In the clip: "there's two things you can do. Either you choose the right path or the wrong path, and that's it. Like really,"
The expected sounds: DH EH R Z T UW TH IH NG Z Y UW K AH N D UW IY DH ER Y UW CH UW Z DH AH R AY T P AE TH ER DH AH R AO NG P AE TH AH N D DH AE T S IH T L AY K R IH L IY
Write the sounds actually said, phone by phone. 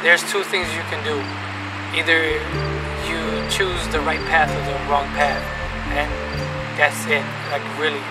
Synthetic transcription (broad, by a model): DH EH R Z T UW TH IH NG Z Y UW K AH N D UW IY DH ER Y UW CH UW Z DH AH R AY T P AE TH ER DH AH R AO NG P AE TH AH N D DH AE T S IH T L AY K R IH L IY